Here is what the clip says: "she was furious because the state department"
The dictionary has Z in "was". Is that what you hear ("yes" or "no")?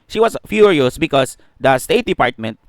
no